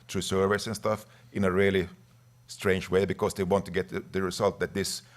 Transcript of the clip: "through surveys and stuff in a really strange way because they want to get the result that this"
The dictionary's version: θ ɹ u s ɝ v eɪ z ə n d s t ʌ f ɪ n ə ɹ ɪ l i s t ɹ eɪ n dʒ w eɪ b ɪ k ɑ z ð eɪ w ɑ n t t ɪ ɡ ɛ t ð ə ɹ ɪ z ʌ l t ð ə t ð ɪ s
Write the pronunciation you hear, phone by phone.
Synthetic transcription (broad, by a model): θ ɹ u s ɝ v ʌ s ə n s t ʌ f ɪ n ə ɹ ɪ l i s t ɹ eɪ n dʒ w eɪ b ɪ k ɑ s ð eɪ w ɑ n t t ɪ ɡ ɛ t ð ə ɹ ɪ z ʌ l t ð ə t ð ɪ s